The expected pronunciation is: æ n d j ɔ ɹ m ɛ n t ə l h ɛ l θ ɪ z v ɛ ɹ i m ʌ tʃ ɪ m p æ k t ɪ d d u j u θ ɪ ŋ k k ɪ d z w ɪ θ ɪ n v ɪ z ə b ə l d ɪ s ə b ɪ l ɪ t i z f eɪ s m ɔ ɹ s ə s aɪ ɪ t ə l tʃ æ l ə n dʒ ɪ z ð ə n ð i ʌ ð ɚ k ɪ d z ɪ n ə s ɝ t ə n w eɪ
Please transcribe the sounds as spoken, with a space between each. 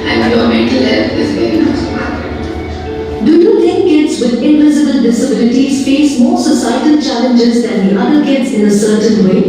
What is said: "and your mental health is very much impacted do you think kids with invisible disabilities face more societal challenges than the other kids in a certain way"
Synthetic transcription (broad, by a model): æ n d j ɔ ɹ m ɛ n t ə l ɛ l f ɪ z v ɛ ɹ i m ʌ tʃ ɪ p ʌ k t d d u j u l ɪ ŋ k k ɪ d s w ɪ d ɪ n v ɪ z ə b ə l d ɪ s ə b ɪ l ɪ t i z f eɪ s m ɔ ɹ s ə s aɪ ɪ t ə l tʃ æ l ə n dʒ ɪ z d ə n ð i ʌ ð ɚ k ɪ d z ɪ n ə s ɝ t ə n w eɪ